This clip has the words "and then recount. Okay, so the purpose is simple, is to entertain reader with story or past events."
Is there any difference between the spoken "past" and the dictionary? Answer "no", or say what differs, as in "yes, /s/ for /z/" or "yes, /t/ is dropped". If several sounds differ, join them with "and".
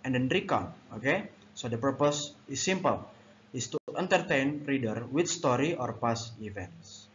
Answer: yes, /t/ is dropped